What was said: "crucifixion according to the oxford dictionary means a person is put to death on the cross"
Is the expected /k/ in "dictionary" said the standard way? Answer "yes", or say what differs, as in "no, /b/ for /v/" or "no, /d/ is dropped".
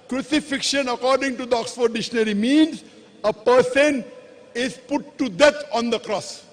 no, /k/ is dropped